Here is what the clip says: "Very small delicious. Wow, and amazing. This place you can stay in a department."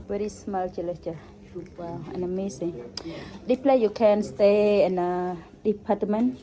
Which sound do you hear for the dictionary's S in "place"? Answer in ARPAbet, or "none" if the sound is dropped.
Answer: none